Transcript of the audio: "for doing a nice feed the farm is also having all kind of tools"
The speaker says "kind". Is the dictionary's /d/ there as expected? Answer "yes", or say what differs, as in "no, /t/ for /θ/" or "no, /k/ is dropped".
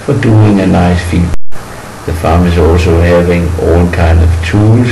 yes